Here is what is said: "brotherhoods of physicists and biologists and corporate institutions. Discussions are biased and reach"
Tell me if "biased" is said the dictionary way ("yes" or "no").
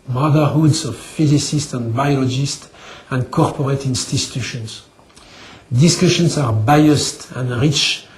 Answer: yes